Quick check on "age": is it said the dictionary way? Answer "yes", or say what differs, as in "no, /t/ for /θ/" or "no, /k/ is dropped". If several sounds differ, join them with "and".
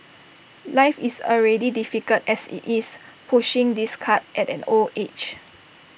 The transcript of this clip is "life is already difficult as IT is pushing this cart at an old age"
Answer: no, /tʃ/ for /dʒ/